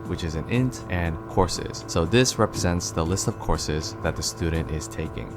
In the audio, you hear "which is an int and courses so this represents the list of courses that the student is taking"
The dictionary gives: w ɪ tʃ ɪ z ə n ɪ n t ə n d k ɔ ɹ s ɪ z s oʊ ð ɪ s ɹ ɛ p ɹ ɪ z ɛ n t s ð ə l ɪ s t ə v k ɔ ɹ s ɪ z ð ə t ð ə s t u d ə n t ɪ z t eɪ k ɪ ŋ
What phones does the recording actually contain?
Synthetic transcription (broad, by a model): w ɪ tʃ ɪ z ə n ɪ n t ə n k ɔ ɹ s ɪ z s oʊ ð ɪ s ɹ ɛ p ɹ ɪ z ɛ n t s ð ə l ɪ s t ə v k ɔ ɹ s ɪ z ð ə t ð ə s t u d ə n t ɪ z t eɪ k ɪ ŋ